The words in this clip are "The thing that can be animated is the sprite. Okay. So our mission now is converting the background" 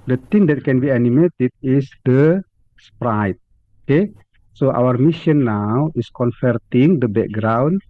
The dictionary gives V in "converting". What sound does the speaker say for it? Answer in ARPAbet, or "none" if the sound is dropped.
F